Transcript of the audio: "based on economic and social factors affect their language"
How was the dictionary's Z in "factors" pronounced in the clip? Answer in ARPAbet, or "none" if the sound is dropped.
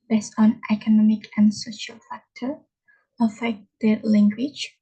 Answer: none